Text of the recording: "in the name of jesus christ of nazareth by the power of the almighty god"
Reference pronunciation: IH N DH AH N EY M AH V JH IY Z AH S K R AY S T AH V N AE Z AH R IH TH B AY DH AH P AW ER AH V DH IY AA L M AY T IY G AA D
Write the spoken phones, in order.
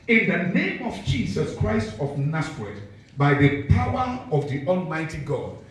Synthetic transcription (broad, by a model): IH N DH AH N EY M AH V JH IY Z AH S K R AY S T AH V N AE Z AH R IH T B AY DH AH P AW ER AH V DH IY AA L M AY T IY G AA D